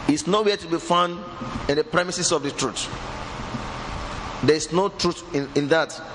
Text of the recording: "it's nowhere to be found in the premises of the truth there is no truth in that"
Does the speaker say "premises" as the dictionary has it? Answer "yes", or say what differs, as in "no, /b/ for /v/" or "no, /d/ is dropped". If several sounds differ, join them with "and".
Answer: no, /s/ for /z/